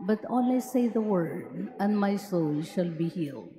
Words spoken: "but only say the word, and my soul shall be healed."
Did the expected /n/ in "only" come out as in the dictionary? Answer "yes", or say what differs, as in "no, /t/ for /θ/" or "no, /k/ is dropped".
no, /n/ is dropped